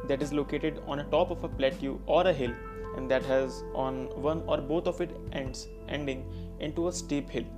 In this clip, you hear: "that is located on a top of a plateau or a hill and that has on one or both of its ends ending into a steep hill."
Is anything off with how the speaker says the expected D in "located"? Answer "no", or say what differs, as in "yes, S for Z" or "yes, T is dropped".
no